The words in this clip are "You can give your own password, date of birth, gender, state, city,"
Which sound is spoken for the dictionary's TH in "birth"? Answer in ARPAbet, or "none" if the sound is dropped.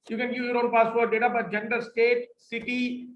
T